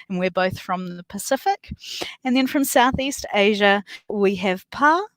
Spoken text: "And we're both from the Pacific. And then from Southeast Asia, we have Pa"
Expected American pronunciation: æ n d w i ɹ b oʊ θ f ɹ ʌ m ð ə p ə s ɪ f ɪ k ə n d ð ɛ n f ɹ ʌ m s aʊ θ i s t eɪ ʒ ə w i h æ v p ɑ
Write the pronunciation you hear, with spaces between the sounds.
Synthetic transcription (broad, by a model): n w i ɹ b oʊ θ f ɹ ʌ m ð ə p ə s ɪ f ɪ k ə n ð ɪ n f ɹ ʌ m s aʊ θ i s t eɪ ʒ ə w i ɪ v p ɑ